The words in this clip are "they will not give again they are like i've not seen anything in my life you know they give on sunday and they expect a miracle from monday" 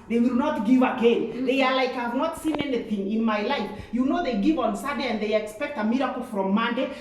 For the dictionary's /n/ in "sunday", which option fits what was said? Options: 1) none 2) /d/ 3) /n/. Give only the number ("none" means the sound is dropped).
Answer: 1